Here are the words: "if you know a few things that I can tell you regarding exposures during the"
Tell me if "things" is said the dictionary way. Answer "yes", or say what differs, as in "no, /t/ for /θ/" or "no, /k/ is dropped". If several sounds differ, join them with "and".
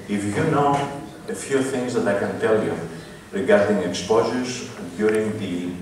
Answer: yes